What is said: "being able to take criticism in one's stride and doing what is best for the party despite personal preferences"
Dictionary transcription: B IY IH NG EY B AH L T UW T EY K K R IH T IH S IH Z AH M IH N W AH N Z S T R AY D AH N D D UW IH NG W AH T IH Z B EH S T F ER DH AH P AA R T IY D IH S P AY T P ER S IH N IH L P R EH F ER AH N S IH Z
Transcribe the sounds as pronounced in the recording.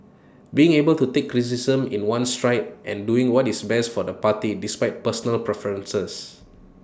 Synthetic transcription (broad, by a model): B IY IH NG EY B AH L T UW T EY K K R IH S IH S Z AH M IH N W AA N S T R AY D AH N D D UW IH NG W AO T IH S B EH S T F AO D AH P AA T IY D IH S P AY T P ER S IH N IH L P R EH F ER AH N S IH S